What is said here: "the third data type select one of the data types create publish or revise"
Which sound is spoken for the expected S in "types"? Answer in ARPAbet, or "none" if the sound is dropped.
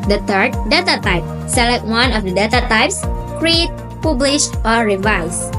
S